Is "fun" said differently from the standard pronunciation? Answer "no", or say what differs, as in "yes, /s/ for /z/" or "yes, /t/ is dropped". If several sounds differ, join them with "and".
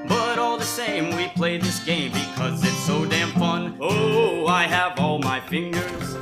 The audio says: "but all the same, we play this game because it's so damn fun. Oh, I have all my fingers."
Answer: yes, /p/ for /f/